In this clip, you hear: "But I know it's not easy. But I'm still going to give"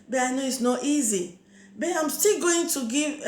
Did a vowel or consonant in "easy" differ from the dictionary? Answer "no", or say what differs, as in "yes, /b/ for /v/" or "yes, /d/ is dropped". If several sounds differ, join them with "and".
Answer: no